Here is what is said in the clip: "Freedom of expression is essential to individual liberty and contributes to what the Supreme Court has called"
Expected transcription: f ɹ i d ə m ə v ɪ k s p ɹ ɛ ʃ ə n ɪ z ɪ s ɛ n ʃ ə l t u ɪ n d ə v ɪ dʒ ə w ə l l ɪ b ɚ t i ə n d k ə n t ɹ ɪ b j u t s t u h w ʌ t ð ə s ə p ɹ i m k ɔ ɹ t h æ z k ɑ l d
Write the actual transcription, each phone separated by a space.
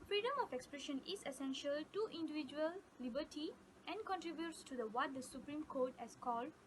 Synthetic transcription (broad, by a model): f ɹ i d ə m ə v ɪ k s p ɹ ɛ ʃ ə n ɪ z ɪ s ɛ n ʃ ə l t u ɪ n d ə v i dʒ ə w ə l l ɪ b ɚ t i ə n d k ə n t ɹ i b j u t s t u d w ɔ t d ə s ə p ɹ i m k ɔ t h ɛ s k ɑ l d